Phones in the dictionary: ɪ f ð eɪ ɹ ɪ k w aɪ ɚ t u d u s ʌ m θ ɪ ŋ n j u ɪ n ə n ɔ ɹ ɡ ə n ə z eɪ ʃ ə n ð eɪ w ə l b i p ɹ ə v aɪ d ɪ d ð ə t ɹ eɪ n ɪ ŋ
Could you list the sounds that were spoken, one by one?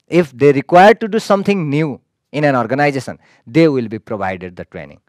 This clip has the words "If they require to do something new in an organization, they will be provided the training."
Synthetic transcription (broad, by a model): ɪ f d eɪ ɹ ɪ k w aɪ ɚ t u d u s ʌ m t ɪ ŋ n j u ɪ n ə n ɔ ɹ ɡ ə n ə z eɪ s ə n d eɪ w ə l b i p ɹ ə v aɪ d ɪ d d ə t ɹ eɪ n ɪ ŋ